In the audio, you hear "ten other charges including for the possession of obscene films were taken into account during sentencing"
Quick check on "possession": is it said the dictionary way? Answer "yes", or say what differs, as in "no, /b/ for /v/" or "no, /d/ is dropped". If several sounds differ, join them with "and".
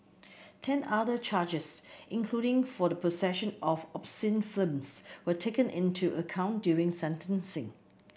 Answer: no, /s/ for /z/